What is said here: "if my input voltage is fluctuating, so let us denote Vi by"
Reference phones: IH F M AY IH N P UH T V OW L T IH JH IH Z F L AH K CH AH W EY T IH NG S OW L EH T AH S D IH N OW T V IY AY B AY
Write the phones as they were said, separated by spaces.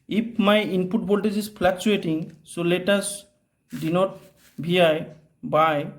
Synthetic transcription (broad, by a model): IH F M AY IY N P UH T B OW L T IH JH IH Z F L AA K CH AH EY T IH NG S OW L EH T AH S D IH N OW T B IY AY B AY